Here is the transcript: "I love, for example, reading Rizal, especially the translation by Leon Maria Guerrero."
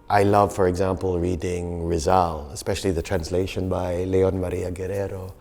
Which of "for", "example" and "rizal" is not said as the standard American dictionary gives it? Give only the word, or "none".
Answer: none